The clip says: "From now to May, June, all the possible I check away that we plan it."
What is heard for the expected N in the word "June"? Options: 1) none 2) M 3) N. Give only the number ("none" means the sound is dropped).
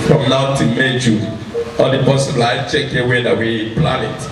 1